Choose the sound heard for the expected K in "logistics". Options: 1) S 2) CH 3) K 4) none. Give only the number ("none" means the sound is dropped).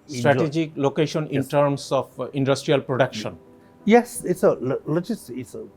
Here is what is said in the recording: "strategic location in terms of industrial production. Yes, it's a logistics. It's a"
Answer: 4